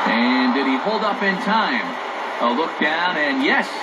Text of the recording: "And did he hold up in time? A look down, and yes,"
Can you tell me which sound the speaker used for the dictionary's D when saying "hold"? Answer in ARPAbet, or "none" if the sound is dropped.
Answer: D